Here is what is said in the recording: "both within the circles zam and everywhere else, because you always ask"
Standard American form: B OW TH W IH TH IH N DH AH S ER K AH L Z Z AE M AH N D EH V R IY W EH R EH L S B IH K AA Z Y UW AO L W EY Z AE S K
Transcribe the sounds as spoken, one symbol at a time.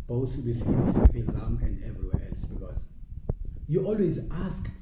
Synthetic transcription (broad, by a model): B OW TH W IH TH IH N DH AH S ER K L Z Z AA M AH N D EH V R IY W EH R EH L S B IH K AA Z Y UW AO L W EY Z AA S K